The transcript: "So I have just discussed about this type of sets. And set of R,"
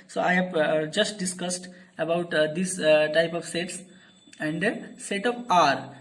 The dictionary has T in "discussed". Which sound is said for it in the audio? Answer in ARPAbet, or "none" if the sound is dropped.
T